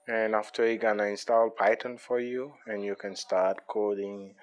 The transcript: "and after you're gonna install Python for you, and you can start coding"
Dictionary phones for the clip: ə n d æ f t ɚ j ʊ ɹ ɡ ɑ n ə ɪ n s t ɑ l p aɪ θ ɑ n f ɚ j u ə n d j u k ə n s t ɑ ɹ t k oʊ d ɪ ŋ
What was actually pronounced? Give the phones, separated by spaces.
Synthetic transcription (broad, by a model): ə n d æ f t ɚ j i ɡ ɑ n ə ɪ n s t ɑ l p aɪ t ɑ n f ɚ j u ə n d j u k ə n s t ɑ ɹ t k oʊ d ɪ ŋ